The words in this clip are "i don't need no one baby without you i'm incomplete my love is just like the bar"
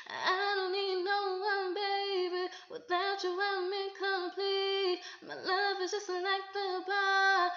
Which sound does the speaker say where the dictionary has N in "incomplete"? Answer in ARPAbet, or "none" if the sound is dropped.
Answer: none